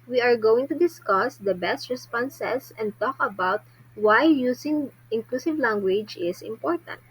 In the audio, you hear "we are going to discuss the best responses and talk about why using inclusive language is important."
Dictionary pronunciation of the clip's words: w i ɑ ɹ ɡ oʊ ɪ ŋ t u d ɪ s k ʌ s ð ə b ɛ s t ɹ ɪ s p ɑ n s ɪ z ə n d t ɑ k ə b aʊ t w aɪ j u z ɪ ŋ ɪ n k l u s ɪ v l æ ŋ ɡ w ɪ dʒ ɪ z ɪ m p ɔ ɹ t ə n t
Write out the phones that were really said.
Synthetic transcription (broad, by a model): w i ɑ ɹ ɡ oʊ ɪ ŋ t u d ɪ s k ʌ s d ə b ɛ s t ɹ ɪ s p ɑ n s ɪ s ə n d t ɑ k ə b aʊ t w aɪ j u s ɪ ŋ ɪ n k l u s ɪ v l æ ŋ ɡ w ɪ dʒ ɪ s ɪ m p ɔ ɹ t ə n t